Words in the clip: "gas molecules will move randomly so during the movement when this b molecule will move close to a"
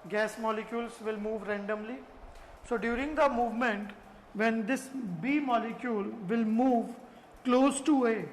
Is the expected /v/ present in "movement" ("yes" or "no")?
yes